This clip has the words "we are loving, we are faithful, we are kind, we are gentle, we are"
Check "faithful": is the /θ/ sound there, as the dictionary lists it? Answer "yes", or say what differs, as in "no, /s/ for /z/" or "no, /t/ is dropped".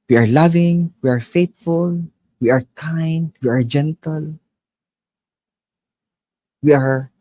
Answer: no, /t/ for /θ/